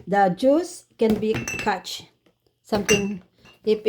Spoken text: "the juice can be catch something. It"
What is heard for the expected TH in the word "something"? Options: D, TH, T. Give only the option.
T